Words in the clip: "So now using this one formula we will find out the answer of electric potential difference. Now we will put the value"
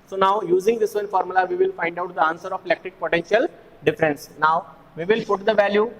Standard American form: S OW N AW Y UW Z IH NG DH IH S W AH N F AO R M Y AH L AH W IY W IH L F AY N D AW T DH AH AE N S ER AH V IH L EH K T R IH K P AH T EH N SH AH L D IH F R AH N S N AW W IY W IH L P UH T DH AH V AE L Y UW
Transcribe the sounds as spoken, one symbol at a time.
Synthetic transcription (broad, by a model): S OW N AW Y UW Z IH NG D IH S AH N F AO R M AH L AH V IY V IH L F AY N D AW T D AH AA N S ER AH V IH L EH K T IH K P AH T EH N SH AH L D IH F R AH N S N AW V IY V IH L P UH T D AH V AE L Y UW